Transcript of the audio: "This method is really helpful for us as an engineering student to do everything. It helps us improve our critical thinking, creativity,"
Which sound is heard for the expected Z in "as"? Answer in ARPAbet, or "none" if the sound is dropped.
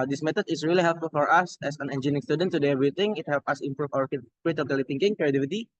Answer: S